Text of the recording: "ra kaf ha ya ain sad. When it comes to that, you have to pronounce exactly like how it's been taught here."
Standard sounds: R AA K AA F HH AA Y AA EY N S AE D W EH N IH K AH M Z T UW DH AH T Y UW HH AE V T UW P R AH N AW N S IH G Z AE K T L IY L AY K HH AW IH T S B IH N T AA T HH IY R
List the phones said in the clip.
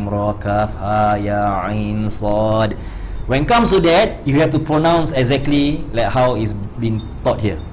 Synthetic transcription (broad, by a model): R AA K AA F HH AA Y AA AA N S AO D W EH N K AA M S T UW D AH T Y UW HH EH F T UW P R AH N AW N S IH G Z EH K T L IY L AY K HH AW IH T S B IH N T AA T HH IY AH